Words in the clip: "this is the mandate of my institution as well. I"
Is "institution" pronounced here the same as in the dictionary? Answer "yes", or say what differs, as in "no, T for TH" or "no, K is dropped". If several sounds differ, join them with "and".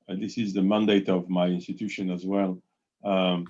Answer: yes